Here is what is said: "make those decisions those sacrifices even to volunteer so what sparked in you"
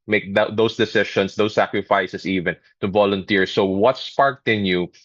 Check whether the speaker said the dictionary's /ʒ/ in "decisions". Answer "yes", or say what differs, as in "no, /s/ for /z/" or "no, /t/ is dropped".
no, /ʃ/ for /ʒ/